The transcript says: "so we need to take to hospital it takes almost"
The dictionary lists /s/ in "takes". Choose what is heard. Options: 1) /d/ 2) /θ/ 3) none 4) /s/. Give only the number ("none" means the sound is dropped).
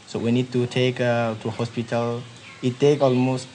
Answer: 3